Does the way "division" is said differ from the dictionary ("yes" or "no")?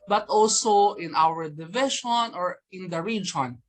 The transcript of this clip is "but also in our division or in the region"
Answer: yes